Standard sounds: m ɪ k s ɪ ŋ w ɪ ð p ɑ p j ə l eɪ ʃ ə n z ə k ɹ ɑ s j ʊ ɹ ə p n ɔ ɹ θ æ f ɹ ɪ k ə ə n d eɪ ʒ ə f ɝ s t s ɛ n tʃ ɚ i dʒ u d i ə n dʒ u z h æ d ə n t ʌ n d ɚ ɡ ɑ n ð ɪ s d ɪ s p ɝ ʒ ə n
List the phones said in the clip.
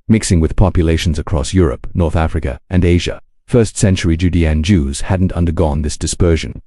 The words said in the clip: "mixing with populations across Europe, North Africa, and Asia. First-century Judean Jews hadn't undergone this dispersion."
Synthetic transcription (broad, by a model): m ɪ k s ɪ ŋ w ɪ ð p ɑ p j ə l eɪ ʃ n z ə k ɹ ɑ s j ʊ ɹ ə p n ɔ ɹ θ æ f ɹ ɪ k ə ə n eɪ ʒ ə f ɝ s t s ɛ n tʃ ɚ i dʒ u d i ə n dʒ u z h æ d n t ʌ n d ɚ ɡ ɑ n ð ɪ s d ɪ s p ɝ ʒ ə n